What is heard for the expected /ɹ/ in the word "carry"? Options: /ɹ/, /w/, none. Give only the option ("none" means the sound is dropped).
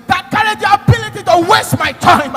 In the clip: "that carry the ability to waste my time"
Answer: none